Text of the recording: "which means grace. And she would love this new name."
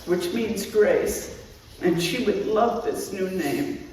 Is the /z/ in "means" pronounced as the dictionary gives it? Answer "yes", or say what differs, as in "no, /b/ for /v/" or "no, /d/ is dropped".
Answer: yes